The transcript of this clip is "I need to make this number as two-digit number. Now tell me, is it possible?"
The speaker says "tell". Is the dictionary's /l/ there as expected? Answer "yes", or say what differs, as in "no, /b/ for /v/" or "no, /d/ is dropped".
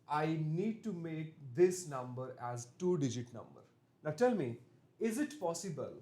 yes